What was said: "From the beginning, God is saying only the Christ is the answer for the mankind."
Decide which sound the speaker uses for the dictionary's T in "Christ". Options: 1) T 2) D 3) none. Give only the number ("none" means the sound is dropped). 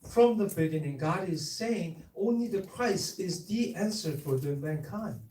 3